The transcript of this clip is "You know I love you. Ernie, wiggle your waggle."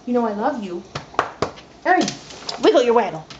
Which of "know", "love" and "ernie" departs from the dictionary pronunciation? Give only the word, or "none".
ernie